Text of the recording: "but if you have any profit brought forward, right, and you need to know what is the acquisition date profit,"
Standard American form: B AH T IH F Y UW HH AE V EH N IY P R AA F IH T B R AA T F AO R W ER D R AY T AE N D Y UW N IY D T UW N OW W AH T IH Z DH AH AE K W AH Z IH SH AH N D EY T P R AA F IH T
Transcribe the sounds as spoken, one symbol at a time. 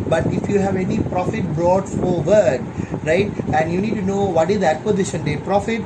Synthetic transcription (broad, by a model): B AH T IH F Y UW HH AE V EH N IY P R AA F IH T B R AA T F AO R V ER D R AY T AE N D Y UW N IY D T UW N OW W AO T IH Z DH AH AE K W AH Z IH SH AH N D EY P R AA F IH T